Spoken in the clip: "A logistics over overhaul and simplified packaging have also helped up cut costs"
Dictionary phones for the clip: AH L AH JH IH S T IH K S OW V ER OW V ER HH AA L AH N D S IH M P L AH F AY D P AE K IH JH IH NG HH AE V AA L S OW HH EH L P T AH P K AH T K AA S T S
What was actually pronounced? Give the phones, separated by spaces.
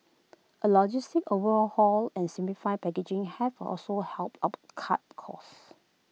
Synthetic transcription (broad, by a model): AH L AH JH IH S T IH K OW V ER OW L HH AA L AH N S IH M P L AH F AY P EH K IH JH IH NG HH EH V AA L S OW HH EH L P T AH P K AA T K AA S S